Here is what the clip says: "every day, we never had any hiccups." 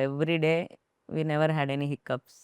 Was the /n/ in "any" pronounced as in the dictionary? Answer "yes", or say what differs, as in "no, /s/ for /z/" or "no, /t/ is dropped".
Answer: yes